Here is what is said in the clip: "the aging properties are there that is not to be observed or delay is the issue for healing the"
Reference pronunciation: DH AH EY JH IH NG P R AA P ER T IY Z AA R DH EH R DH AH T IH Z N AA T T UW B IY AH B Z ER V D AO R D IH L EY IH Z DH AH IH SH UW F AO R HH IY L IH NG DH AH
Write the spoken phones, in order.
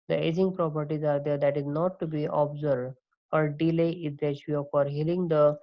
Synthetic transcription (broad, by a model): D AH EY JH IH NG P R AA P ER T IY Z AA R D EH R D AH T IH Z N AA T T UW B IY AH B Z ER D AO R D IH L EY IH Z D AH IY UW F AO R HH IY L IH NG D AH